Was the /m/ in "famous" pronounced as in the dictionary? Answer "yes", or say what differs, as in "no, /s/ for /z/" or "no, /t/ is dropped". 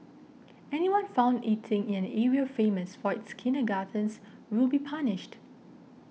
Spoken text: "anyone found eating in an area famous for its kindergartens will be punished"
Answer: yes